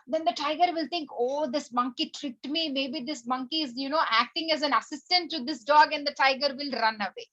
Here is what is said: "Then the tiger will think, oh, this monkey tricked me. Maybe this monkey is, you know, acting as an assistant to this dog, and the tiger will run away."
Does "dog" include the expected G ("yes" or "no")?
yes